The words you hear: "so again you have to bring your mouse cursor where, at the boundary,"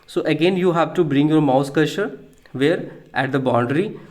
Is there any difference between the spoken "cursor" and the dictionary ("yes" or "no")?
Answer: yes